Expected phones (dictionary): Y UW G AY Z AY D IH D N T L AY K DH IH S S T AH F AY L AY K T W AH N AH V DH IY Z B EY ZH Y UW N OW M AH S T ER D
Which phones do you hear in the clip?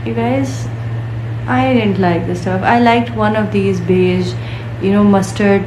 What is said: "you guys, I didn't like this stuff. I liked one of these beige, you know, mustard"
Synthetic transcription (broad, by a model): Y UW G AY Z AY D IH D N T L AY K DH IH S S T AH F AY L AY K T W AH N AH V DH IY Z B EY Z Y UW N OW M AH S T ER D